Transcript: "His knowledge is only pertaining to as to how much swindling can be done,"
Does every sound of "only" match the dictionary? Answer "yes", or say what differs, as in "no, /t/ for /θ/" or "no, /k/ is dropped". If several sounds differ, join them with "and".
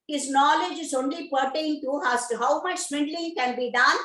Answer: yes